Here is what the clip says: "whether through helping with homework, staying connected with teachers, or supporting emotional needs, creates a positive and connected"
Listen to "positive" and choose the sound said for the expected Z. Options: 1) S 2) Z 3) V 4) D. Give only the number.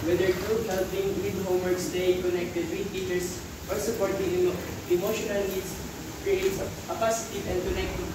1